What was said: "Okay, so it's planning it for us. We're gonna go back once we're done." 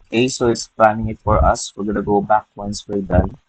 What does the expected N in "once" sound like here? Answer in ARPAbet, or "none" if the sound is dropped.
N